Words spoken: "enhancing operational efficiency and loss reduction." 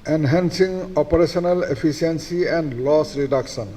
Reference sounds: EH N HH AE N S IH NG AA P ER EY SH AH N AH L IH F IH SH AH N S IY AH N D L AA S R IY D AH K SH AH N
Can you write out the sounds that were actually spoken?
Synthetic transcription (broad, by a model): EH N HH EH N S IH NG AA P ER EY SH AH N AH L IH P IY S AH N S IY AH N D L AA S R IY D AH K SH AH N